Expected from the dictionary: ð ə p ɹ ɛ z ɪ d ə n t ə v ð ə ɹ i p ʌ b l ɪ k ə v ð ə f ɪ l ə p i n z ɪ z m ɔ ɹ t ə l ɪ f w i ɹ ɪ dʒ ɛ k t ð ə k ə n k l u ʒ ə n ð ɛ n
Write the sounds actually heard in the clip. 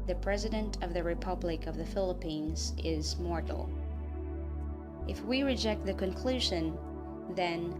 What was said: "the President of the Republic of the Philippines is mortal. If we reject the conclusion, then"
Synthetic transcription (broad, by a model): ð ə p ɹ ɛ z ɪ d ə n t ə v ð ə ɹ i p ʌ b l ɪ k ə v ð ə f ɪ l ə p i n z ɪ z m ɔ ɹ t l ɪ f w i ɹ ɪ dʒ ɛ k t ð ə k ə n k l u ʒ ə n ð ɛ n